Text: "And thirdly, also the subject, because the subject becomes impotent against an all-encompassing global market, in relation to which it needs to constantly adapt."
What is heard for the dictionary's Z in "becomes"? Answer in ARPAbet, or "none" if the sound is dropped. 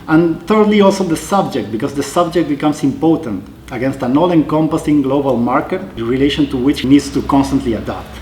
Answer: S